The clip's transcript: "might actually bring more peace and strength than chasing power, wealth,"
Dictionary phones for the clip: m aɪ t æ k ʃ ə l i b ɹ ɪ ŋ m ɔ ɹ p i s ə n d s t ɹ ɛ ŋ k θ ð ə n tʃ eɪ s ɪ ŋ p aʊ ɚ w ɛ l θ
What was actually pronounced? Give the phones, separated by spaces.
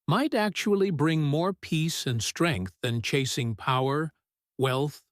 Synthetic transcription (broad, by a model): m aɪ t æ k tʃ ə l i b ɹ ɪ ŋ m ɔ ɹ p i s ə n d s t ɹ ɛ ŋ k θ ð ə n tʃ eɪ s ɪ ŋ p aʊ ɚ w ɛ l θ